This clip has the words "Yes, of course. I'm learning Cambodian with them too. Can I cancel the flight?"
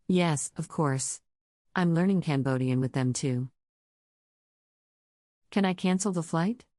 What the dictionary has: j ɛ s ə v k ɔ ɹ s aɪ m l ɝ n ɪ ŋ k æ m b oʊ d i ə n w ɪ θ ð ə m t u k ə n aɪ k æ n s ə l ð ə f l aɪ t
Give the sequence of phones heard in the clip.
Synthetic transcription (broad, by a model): j ɛ s ə v k ɔ ɹ s aɪ m l ɝ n ɪ ŋ k æ m b oʊ d i ə n w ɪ ð ə m t u k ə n aɪ k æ n s l ð ə f l aɪ t